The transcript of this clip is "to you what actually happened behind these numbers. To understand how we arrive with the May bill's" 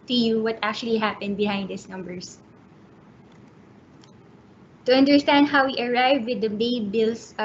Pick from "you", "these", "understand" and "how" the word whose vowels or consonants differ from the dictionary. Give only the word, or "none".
these